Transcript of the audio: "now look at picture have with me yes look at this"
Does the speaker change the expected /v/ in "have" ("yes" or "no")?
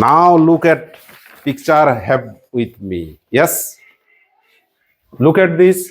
yes